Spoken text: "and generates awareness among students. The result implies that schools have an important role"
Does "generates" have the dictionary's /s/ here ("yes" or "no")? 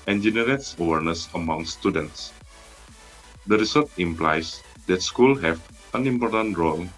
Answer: yes